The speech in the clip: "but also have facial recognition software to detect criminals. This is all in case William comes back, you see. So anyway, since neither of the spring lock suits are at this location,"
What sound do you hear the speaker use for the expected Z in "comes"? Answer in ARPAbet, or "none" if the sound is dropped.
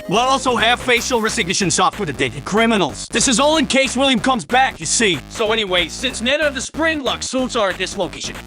Z